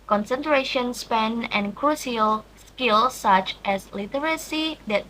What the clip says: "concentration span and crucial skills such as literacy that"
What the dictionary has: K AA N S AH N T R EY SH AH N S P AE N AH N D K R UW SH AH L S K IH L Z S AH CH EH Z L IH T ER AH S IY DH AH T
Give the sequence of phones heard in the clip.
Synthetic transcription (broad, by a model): K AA N S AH N T R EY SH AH N S P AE N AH N K R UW S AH L S K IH L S S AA CH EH S L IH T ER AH S IY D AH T